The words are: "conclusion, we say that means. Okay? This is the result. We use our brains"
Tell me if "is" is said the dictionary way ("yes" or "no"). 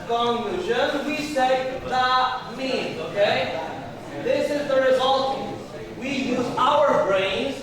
yes